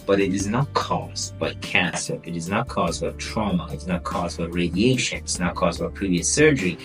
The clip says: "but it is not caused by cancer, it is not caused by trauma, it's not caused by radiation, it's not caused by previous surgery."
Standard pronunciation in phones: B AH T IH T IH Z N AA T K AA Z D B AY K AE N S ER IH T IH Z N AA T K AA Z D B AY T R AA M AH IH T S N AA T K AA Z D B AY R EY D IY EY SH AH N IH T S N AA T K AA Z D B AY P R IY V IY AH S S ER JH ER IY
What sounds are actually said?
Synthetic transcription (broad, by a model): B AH T IH T IH Z N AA T K AA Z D B AY K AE S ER IH T IH Z N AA T K AA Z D B AY T R AA M AH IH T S N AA T K AA Z D B AY R EY D IY EY SH AH N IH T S N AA T K AA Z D B AY P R IY V IY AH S S ER JH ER IY